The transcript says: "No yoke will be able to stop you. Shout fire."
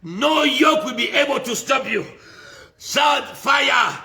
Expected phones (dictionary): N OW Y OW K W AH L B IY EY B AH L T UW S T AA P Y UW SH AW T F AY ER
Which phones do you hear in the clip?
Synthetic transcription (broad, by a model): N OW Y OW K W AH L B IY EY B AH L T UW S T AA P Y UW S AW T F AY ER